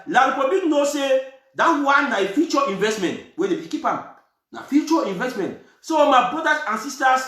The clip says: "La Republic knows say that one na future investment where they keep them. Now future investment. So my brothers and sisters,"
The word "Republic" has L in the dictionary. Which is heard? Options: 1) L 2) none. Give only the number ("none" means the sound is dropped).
2